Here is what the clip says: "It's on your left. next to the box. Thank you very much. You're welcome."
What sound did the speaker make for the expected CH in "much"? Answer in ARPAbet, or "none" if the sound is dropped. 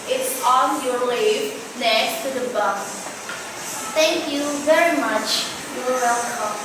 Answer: CH